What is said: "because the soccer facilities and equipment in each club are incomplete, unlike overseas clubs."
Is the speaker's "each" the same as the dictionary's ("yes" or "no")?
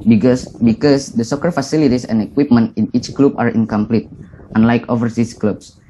yes